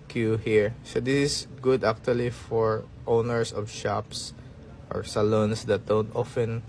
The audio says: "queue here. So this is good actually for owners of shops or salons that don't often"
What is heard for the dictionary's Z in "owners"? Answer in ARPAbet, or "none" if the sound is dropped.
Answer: S